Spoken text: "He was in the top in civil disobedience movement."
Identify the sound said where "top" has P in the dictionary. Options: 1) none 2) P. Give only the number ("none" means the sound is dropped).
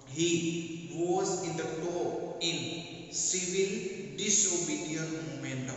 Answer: 1